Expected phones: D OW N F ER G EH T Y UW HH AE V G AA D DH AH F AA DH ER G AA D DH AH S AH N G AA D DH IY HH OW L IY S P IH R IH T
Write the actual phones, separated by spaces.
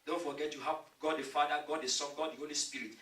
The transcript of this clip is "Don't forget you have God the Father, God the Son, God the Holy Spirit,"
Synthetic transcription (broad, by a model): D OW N F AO G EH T Y UW HH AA P G AA D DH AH F AA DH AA G AA D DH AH S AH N G AA D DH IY HH OW L IY S P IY R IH T